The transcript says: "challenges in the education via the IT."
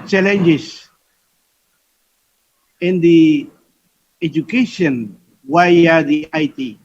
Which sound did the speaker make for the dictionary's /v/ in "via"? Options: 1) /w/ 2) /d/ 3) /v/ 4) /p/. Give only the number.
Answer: 1